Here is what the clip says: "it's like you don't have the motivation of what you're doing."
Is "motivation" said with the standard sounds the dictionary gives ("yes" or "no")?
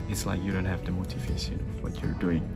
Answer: no